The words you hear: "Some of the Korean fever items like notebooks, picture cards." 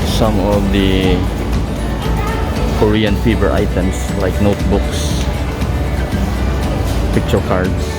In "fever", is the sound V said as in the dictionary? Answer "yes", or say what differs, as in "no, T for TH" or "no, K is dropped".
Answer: no, B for V